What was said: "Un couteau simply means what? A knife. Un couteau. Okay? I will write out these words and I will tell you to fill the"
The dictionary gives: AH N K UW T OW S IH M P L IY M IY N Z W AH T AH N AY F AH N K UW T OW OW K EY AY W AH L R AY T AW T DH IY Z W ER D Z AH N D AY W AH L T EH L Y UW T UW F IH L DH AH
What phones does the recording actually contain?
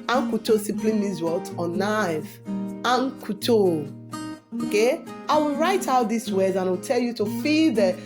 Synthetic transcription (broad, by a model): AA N K UW T OW S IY P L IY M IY Z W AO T AH N AY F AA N K UW T OW OW K EY AY W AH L R AY T AW T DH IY S W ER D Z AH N AY W AH L T EH L Y UW T UW F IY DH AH